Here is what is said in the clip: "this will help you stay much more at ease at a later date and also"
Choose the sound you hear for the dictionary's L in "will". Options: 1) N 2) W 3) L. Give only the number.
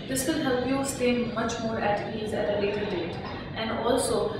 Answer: 1